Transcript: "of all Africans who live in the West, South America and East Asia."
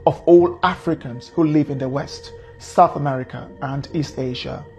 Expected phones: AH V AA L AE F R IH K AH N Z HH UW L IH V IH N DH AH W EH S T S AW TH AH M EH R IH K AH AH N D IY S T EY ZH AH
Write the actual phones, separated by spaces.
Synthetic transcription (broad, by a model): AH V AA L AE F R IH K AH N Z HH UW L IH V IH N DH AH W EH S T S AW TH AH M EH R IH K AH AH N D IY S T EY ZH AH